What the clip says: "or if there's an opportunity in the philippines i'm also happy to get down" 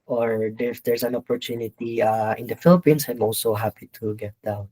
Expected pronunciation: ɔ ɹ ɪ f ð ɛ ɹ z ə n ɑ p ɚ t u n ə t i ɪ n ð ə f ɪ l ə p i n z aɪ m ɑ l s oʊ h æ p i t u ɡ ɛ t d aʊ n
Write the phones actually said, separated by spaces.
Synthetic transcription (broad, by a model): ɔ ɹ ɪ f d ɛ ɹ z ə n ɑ p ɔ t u n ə t i ɪ n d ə f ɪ l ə p i n s aɪ m ɑ l s oʊ h æ p i t u ɡ ɛ t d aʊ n